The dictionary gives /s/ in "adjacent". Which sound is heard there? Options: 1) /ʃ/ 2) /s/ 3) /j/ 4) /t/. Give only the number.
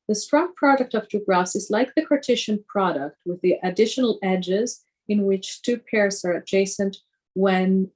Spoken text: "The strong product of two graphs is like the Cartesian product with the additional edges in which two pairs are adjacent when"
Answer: 2